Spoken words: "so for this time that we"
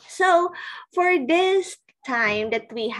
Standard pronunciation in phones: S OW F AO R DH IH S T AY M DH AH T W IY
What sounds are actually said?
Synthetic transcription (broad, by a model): S OW F AO R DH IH S T AY M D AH T W IY